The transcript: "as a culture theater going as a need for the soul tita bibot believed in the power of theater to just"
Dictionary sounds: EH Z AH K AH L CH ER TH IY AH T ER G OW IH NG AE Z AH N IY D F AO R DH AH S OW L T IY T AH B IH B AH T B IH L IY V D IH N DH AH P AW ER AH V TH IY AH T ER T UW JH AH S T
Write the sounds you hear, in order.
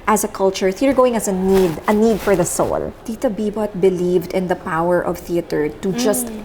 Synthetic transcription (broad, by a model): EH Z AH K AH L CH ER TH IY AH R G OW IH NG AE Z AH N IY D F AO R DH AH S OW L T IY T AH B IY B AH T B IH L IY V D IH N DH AH P AW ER AH V TH IY AH T ER T UW JH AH S T